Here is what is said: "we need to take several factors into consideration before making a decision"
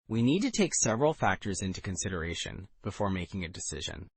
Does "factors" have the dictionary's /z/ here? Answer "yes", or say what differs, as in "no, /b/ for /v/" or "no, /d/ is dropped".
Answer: yes